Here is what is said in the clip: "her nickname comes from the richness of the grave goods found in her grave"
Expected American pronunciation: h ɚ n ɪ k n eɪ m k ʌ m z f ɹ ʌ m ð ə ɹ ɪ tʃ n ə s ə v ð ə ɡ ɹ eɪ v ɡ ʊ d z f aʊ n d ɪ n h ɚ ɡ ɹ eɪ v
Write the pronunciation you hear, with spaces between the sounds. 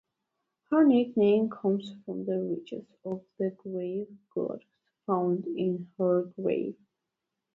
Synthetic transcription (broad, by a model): h ɚ n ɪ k n eɪ m k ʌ m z f ɹ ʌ m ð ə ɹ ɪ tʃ ə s ə v ð ə ɡ ɹ eɪ v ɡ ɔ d s f aʊ n d ɪ n h ɚ ɡ ɹ eɪ v